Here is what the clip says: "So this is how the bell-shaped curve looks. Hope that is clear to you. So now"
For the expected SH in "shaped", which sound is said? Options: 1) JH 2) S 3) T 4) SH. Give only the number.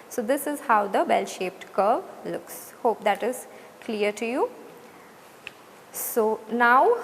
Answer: 4